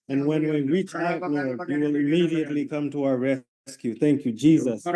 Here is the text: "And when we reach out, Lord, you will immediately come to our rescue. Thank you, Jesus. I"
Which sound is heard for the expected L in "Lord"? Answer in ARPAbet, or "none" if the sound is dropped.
N